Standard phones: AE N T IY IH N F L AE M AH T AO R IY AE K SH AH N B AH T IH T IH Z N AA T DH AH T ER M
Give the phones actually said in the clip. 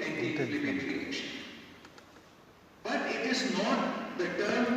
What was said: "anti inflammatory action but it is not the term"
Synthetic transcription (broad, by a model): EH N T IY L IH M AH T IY L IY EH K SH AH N B AH T IH T IH Z N AA T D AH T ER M